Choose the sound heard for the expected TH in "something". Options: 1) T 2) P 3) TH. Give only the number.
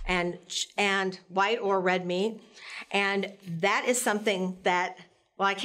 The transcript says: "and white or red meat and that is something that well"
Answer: 3